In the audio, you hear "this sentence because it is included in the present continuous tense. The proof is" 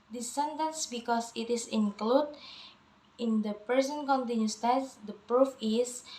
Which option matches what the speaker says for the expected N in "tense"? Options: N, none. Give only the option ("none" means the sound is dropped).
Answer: none